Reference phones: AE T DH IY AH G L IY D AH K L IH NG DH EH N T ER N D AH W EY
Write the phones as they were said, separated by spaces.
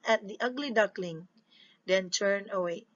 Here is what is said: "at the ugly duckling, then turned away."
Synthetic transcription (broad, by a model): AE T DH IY AH G L IY D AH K L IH NG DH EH N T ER N AH W EY